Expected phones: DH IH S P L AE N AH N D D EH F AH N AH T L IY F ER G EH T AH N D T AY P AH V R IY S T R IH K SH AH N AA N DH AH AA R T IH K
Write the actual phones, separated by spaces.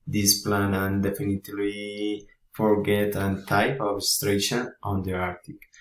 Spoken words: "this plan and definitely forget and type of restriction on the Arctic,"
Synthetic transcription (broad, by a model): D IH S P L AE N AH N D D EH F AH N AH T L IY F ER G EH T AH N T AY P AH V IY S T R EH SH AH N AA N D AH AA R T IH K